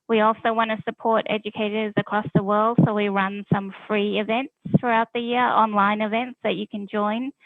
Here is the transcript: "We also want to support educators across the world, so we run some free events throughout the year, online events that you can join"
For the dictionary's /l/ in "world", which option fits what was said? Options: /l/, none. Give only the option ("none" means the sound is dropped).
/l/